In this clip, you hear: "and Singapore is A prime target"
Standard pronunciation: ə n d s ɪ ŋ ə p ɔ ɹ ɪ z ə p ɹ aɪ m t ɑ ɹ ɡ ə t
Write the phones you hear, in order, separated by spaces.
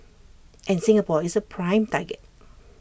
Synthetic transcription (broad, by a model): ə n s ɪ ŋ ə p ɔ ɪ s ə p ɹ aɪ m t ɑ ɡ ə t